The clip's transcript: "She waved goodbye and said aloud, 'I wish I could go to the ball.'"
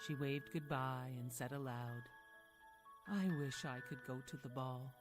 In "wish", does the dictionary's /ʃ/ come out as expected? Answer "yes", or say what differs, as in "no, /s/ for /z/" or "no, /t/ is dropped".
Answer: yes